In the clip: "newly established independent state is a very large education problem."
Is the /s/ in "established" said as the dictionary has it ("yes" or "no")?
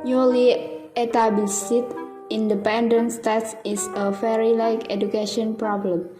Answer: no